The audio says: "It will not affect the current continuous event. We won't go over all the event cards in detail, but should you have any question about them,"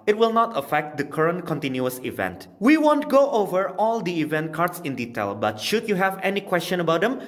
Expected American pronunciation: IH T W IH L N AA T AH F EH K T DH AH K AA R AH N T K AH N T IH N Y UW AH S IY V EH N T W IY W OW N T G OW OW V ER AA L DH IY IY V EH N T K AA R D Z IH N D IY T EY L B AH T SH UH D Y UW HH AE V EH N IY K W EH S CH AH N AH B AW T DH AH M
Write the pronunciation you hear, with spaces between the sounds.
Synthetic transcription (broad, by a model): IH T W IH L N AA T AH F EH K T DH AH K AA R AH N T K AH N T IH N Y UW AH S IY V EH N T W IY W OW N T G OW OW V ER AA L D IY IY V EH N T K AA R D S IH N D IY T EY L B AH T SH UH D Y UW HH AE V EH N IY K W EH S CH AH N AH B AW T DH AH M